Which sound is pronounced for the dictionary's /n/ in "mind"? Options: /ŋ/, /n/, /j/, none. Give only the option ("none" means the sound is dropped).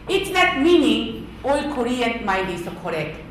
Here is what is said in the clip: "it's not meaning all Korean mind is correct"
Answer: none